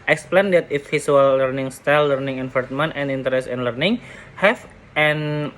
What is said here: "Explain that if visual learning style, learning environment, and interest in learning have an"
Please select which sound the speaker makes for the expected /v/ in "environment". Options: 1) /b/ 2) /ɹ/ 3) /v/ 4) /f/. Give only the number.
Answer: 4